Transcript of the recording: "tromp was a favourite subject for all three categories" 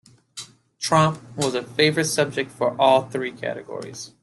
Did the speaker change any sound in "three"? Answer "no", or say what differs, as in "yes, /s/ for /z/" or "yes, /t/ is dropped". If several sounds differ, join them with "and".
no